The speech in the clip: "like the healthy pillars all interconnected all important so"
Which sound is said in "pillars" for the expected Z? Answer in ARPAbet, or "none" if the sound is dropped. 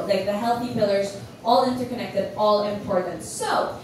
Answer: Z